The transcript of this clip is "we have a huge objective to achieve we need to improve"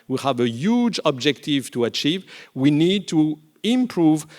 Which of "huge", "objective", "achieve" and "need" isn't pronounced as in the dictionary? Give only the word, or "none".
none